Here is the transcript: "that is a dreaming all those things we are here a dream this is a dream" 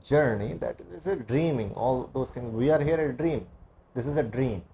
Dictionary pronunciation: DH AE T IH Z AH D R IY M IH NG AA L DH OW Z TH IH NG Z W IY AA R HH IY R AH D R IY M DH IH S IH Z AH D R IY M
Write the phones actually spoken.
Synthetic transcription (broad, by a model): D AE T IH Z AH D R IY M IH NG AA L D OW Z T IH NG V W IY AA R HH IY R AH D R IY M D IH S IH Z AH D R IY M